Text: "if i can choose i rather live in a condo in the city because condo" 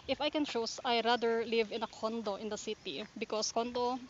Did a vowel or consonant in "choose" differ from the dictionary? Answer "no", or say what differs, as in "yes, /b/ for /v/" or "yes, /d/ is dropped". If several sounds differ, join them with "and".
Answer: yes, /s/ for /z/